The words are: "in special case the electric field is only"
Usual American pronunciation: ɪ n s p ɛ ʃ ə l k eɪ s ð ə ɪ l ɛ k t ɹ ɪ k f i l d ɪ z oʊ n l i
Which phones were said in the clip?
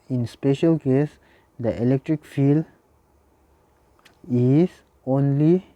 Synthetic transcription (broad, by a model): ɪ n s p ɛ ʃ ə l k eɪ s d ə ɪ l ɛ k t ɹ ɪ k f i l ɪ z oʊ n l i